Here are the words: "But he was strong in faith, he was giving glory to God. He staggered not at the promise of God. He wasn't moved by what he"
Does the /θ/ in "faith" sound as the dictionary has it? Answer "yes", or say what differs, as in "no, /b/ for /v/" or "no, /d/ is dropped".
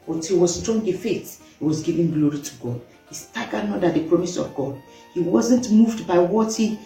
no, /t/ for /θ/